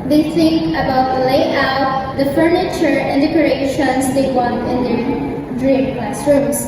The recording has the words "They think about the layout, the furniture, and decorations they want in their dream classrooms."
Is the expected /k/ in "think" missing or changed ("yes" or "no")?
yes